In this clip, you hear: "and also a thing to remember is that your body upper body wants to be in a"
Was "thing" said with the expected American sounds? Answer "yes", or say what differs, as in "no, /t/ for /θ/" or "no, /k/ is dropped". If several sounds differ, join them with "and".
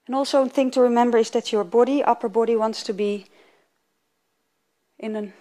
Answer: yes